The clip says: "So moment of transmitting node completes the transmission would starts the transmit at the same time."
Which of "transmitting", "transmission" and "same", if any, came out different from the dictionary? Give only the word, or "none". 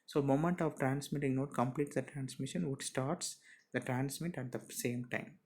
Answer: none